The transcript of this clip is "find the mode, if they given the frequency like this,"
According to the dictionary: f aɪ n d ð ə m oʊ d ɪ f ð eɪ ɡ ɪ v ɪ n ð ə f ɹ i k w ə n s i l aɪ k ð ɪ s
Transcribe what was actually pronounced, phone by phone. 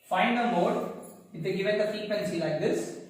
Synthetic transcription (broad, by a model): f aɪ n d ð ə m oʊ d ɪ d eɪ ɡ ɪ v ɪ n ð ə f i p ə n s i l aɪ k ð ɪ s